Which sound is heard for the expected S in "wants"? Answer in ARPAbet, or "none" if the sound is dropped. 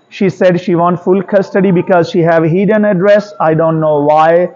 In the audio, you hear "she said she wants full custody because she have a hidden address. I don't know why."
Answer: none